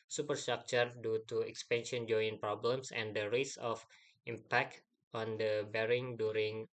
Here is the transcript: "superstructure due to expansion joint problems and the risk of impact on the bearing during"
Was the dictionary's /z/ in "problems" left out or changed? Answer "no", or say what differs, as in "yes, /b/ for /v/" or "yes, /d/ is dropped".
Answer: yes, /s/ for /z/